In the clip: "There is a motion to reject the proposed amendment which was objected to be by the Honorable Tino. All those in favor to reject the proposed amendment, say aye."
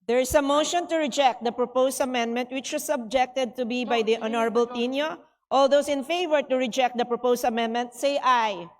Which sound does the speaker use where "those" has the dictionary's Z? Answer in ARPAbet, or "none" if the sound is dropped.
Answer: S